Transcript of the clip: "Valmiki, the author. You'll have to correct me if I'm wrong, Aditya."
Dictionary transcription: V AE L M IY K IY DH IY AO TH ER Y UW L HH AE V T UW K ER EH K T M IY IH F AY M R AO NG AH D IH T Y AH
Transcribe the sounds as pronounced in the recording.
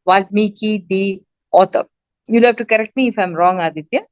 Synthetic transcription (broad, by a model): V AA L M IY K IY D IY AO T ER Y UW L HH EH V T UW K ER EH K T M IY IH F AY M R AO NG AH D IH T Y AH